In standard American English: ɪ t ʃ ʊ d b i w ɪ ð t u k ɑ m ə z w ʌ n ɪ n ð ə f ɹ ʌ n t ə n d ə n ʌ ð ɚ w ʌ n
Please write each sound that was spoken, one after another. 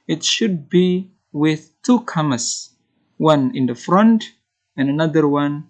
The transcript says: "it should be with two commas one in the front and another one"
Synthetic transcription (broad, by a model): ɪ t ʃ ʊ d b i w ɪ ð t u k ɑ m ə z w ʌ n ɪ n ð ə f ɹ ʌ n t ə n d ə n ʌ ð ɚ w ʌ n